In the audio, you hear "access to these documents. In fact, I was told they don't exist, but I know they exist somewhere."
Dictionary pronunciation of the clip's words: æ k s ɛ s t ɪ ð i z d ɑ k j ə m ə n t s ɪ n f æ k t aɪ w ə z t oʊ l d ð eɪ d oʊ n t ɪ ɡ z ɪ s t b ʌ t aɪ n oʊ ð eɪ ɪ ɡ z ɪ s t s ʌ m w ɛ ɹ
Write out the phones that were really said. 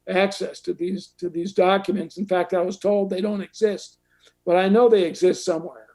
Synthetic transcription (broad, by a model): æ k s ɛ s t ɪ ð i z d ɑ k j ə m ə n t s n f æ k t aɪ w ə z t oʊ l d ð eɪ d oʊ n t ɪ ɡ z ɪ s t b ʌ t aɪ n oʊ ð eɪ ɪ ɡ z ɪ s t s ʌ m w ɛ ɹ